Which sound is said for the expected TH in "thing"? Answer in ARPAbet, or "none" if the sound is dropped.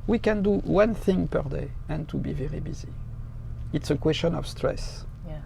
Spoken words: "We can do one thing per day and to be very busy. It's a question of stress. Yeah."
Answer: TH